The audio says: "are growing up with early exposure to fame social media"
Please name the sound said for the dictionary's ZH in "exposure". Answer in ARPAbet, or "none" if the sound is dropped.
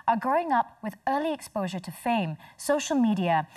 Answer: ZH